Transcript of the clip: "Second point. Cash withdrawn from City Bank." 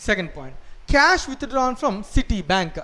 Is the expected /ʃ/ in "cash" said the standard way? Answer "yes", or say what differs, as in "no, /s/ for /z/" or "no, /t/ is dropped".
yes